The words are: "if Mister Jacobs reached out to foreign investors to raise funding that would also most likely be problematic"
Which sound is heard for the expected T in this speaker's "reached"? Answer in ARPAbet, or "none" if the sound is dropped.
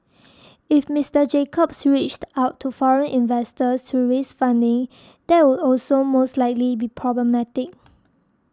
T